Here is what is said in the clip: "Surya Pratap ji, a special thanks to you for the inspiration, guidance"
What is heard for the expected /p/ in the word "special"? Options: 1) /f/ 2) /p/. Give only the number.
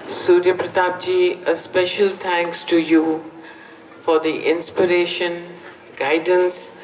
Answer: 2